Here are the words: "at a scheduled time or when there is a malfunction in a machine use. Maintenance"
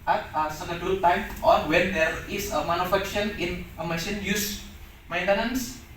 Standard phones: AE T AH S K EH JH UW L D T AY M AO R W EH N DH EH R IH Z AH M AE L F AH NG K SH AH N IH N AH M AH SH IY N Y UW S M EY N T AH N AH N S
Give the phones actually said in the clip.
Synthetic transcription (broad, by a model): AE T AH S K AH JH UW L T AY M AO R W EH N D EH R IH S AH M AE N F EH K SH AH N IH N AH M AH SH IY N Y UW S M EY N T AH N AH N S